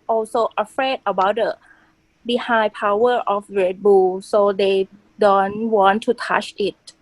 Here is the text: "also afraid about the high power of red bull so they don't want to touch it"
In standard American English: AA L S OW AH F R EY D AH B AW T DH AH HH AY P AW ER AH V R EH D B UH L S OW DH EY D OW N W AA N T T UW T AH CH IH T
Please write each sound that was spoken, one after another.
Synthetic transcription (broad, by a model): AA L S OW AH F R EY D AH B AW T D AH HH AY P AW ER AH F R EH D B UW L S OW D EY D OW N W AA N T T UW T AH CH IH T